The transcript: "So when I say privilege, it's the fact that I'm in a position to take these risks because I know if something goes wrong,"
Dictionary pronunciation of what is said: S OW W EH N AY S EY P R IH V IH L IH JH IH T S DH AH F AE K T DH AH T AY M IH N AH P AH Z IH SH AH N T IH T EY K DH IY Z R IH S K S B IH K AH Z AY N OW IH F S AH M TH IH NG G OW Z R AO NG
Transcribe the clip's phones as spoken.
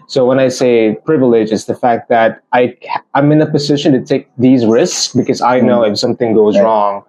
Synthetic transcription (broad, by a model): S OW W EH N AY S EY P R IH V IH L IH JH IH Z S DH AH F AE K T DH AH T AY M IH N AH P AH Z IH SH AH N T IH T EY K DH IY Z R IH S K S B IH K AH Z AY N OW IH F S AH M TH IH NG G OW Z R AO NG